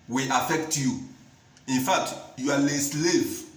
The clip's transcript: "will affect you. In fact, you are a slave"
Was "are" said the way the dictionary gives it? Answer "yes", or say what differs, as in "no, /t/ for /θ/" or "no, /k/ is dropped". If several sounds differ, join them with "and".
no, /l/ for /ɹ/